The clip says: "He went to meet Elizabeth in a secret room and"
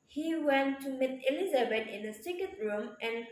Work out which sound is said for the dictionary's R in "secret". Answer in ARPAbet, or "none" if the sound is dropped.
none